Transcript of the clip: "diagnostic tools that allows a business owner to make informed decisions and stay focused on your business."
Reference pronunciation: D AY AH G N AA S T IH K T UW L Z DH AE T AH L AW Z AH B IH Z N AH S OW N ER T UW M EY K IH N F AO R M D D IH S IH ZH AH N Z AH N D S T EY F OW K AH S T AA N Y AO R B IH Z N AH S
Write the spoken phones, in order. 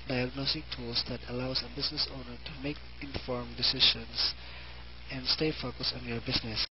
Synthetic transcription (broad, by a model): D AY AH G N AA S T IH K T UW L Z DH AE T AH L AW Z AH B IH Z N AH S OW N ER T UW M EY K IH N F AO R M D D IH S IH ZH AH N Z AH N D S T EY F OW K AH S AA N Y AO R B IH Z N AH S